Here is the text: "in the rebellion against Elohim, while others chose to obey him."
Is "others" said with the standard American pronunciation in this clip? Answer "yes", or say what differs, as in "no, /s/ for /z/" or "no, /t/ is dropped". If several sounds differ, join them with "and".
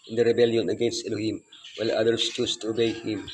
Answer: no, /s/ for /z/